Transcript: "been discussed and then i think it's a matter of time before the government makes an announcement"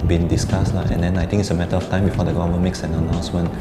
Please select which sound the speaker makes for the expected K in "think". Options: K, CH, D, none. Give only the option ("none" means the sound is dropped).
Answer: none